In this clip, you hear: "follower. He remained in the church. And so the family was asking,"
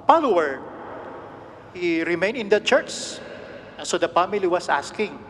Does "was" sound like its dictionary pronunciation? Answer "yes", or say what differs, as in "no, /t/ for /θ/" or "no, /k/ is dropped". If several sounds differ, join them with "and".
no, /s/ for /z/